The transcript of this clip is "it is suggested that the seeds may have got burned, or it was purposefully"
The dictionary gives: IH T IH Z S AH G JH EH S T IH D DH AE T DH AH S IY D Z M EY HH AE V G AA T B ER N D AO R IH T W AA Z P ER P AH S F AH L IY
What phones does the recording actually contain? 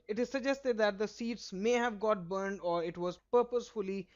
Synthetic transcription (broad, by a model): IH T IH Z S AH G JH EH S T IH D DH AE T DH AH S IY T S M EY HH AE V G AA T B ER N D AO R IH T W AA Z P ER P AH S F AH L IY